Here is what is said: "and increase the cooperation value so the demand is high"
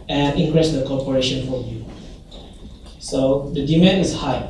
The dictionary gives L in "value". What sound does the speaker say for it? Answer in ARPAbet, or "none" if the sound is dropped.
none